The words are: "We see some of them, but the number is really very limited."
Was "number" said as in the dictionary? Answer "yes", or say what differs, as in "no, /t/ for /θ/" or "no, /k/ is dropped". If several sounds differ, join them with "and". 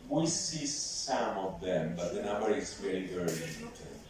no, /b/ is dropped